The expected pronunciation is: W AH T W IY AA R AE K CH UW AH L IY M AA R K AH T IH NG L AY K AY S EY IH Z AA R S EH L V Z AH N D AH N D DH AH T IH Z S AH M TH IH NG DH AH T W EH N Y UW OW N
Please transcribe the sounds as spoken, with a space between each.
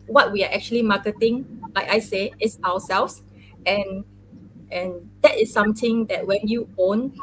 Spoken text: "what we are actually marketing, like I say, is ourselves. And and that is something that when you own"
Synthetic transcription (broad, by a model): W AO T W IY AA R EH K CH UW AH L IY M AA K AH T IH NG L AY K AY S EY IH S AA W S EH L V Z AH N AH N D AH T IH S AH M T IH NG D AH T W EH N Y UW OW N